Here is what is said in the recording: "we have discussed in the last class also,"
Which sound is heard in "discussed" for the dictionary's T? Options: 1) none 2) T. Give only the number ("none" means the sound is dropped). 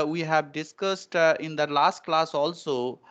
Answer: 2